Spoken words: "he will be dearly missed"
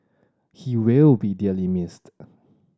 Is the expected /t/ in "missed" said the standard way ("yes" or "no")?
yes